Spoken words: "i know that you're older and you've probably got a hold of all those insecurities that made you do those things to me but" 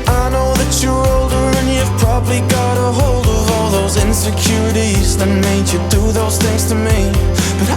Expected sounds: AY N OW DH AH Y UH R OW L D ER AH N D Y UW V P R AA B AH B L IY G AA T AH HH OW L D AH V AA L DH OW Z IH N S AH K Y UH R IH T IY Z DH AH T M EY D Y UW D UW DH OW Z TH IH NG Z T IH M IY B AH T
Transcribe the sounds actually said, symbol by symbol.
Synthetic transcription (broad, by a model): AY N OW DH AH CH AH R OW L D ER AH N Y UW V P R AA B AH B L IY G AA T AH HH OW L D AH V AA L DH OW Z IH N S AH K Y UH R IH T IY Z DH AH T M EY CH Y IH D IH DH OW Z TH IH NG Z T IH M IY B AH T